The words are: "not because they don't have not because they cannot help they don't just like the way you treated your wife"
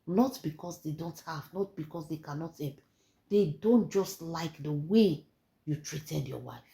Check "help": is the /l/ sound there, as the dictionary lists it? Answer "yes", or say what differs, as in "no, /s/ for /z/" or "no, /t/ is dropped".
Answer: no, /l/ is dropped